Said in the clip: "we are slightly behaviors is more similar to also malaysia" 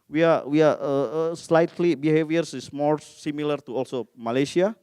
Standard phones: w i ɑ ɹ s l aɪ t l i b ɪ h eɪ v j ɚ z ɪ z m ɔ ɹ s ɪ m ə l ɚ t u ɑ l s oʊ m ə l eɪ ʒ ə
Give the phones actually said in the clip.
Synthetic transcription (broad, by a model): w i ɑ w s l aɪ t l i b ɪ h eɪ v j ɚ s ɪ s m ɔ ɹ s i m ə l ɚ t u ɑ l s oʊ m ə l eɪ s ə